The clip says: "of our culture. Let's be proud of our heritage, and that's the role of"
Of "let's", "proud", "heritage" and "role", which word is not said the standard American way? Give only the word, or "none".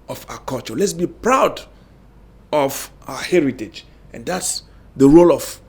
none